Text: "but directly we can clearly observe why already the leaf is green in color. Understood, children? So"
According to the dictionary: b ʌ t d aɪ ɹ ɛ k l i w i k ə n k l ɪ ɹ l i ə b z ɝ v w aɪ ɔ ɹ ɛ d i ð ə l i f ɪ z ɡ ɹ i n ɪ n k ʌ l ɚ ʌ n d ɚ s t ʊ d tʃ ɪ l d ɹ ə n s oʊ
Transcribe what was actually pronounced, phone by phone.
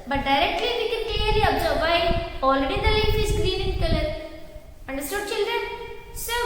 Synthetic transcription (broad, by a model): b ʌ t d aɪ ɹ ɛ k l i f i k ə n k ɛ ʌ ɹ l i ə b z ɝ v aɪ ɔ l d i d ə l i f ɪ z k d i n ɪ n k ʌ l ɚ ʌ n d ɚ s t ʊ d tʃ ɪ l d ɹ ə n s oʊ